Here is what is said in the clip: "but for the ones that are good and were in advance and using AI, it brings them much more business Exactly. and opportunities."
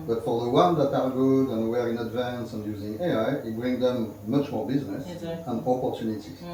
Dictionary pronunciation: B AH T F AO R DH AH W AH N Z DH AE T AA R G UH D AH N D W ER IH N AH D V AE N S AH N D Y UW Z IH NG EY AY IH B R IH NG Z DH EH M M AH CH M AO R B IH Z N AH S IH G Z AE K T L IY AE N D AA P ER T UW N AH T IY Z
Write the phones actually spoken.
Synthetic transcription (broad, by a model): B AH T F AO R DH AH W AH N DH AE T AA R G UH D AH N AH W ER IH N AH D V AE N S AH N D Y UW Z IH NG EY AY IH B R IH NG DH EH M M AH CH M AO R B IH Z N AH S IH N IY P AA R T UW N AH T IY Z